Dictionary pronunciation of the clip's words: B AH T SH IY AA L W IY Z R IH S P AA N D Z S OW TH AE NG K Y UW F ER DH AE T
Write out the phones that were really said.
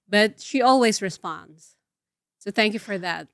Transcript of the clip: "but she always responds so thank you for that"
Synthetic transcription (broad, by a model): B AH T SH IY AA L W IY Z R IH S P AA N D Z S OW TH AE NG K Y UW F ER DH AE T